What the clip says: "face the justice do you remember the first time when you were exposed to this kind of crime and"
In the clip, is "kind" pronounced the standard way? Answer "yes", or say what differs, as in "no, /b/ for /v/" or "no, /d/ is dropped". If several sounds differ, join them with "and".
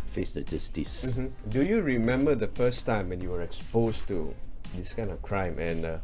no, /d/ is dropped